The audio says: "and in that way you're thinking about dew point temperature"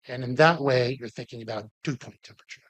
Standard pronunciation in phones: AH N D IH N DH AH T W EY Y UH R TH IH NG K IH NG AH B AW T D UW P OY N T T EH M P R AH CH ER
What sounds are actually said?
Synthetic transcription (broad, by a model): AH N IH N DH AH T W EY Y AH R TH IH NG K IH NG AH B AW T UW P OY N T T EH M P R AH CH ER